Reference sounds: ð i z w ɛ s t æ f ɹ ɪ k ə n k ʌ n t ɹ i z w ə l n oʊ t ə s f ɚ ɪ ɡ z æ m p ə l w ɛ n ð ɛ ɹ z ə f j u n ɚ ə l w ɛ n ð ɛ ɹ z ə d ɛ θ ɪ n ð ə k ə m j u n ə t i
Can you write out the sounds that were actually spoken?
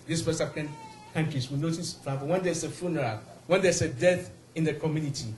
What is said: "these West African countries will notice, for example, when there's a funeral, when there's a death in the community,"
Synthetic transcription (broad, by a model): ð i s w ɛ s ɑ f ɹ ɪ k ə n k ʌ n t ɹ i s w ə n oʊ t ə s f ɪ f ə w ɛ n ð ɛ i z ə f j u n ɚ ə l w ɛ n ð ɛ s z ə d ɛ θ ɪ n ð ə k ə m j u n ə t i